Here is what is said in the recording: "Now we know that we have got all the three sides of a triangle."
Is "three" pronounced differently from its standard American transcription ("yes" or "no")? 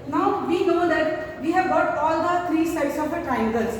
yes